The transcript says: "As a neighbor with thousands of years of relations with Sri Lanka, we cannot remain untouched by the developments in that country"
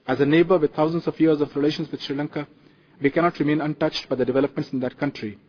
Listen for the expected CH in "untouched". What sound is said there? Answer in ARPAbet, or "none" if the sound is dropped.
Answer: CH